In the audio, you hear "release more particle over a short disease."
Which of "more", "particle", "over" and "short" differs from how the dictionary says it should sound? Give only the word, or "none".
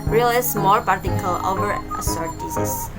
short